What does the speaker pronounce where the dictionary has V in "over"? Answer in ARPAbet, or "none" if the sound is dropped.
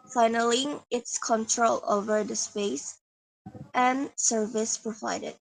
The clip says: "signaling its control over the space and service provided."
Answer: V